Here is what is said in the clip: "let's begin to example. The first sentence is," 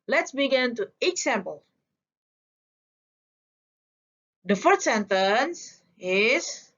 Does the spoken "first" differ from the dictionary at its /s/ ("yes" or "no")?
yes